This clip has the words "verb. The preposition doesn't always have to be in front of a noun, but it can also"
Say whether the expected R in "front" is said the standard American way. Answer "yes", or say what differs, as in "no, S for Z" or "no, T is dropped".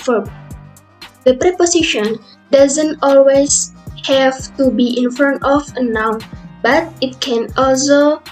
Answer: no, R is dropped